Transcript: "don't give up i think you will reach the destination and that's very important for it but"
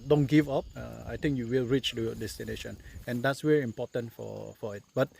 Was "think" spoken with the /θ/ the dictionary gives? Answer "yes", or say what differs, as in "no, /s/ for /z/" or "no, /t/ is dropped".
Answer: no, /t/ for /θ/